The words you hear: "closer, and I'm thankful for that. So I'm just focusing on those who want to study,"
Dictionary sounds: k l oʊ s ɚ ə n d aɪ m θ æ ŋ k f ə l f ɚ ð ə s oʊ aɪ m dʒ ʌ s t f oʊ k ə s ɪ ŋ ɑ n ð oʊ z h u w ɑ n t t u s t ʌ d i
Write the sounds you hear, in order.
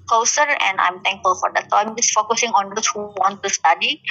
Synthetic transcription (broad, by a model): k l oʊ s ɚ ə n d aɪ m t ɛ ŋ k f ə l f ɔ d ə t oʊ aɪ m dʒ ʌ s f oʊ k ə s ɪ ŋ ɑ n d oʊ s h u w ɑ n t t u s t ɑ d i